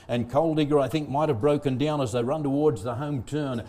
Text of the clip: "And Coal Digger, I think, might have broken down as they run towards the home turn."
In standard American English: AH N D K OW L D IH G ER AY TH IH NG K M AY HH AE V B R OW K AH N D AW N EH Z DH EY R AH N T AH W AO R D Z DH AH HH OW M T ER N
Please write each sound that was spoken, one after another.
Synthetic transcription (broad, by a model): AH N K OW L D IH G ER AY TH IH NG K M AY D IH V B R OW K AH N D AW N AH Z DH EY R AH N T AH W AO R D Z DH AH HH OW M T ER N